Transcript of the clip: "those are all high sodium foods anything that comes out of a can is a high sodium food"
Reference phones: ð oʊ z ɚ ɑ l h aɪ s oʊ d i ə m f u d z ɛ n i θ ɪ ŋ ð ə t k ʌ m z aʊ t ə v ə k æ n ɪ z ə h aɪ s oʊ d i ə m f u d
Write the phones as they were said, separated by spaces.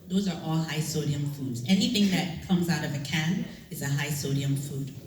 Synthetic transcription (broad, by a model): ð oʊ z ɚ ɑ l h aɪ s oʊ d i ə m f u d z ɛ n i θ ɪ ŋ ð ə t k ʌ m z aʊ t ə v ə k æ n ɪ z ə h aɪ s oʊ d i ə m f u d